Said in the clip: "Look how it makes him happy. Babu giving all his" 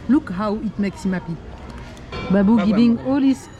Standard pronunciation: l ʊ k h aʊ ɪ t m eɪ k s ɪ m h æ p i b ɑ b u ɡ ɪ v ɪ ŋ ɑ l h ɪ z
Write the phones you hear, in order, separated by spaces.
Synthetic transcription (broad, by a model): l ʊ k h aʊ ɪ t m eɪ k s ɪ m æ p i b ɑ b u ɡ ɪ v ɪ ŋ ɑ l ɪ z